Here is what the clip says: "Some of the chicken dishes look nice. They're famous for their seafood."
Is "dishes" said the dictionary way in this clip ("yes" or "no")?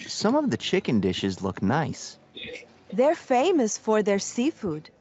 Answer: yes